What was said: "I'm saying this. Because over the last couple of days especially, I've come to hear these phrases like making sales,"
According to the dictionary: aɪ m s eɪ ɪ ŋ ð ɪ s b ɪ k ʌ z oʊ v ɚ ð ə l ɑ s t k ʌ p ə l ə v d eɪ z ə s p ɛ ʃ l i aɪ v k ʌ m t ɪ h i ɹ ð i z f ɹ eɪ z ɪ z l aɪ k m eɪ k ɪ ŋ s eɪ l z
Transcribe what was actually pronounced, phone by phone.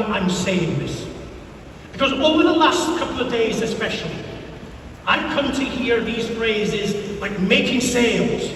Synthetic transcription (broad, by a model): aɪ m s eɪ ɪ ŋ ð ɪ s b ɪ k ʌ z oʊ v ɚ ð ə l ɑ s t k ʌ p l ə v d eɪ z ə s p ɛ ʃ l i aɪ v k ʌ m t ɪ h i ɹ ð i z f ɹ eɪ z ɪ z l aɪ k m eɪ k ɪ ŋ s eɪ l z